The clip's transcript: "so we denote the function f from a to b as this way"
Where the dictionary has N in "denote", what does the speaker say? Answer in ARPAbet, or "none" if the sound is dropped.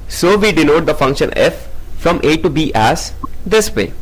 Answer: L